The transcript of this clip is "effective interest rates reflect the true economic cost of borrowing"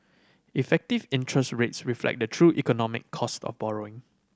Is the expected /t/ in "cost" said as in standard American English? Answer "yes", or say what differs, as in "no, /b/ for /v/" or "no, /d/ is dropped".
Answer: yes